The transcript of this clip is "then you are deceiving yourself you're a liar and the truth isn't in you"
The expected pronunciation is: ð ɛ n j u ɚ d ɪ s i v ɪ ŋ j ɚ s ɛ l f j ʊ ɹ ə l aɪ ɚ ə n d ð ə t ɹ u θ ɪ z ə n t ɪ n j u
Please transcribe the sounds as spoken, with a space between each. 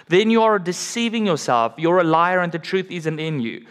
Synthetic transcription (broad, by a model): ð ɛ n j u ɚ d ɪ s i v ɪ ŋ j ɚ s ɛ l f j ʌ ɹ ə l aɪ ɚ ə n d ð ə t ɹ u θ ɪ z ə n t ɪ n j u